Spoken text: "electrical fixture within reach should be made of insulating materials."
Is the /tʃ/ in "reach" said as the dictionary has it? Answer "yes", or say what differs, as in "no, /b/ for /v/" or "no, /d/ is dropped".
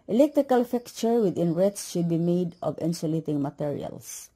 no, /s/ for /tʃ/